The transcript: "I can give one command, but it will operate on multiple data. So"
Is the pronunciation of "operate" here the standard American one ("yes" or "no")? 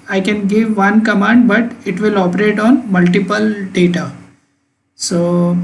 yes